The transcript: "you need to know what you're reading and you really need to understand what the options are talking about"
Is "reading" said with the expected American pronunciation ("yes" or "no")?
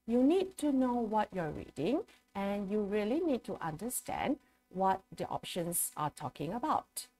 yes